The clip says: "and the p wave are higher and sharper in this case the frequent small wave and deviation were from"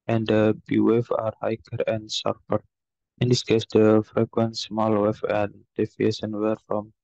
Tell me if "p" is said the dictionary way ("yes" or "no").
no